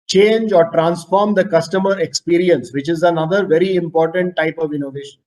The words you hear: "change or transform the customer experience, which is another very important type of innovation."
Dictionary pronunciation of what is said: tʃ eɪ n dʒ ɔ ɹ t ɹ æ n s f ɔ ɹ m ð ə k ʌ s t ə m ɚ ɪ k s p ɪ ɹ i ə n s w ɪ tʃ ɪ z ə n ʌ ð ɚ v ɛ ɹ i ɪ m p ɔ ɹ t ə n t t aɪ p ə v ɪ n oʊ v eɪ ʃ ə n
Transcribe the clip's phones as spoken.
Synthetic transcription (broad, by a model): tʃ eɪ n dʒ ɔ ɹ t ɹ æ n s f ɔ ɹ m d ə k ʌ s t ə m ɚ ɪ k s p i ɹ i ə n s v ɪ tʃ ɪ z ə n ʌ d ɚ v ɛ ɹ i ɪ m p ɔ ɹ t ə n t t aɪ p ə v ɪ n oʊ v eɪ ʃ ə n